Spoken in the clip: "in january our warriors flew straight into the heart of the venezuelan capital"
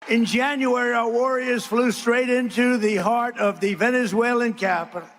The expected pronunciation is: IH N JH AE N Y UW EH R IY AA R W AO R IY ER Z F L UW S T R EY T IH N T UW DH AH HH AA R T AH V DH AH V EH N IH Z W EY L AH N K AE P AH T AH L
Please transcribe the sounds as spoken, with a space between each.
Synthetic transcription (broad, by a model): IH N JH AE N Y UW EH R IY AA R W AO R IY ER Z F L UW S T R EY T IH N T UW DH AH HH AA R T AH V DH AH V EH N IH Z W EY L AH N K AE P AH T L